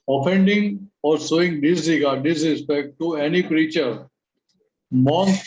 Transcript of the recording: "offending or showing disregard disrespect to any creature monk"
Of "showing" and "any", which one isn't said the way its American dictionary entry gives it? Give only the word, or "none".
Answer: showing